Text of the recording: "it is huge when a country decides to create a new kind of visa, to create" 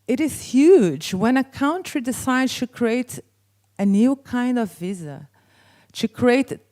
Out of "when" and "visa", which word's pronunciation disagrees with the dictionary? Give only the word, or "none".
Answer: none